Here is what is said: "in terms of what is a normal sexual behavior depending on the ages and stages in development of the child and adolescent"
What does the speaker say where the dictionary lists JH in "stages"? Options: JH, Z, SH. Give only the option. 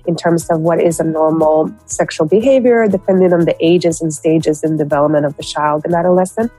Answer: JH